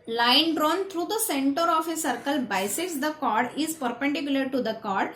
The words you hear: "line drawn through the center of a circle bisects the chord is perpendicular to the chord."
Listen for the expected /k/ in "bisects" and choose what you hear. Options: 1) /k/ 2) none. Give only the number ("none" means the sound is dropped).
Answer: 2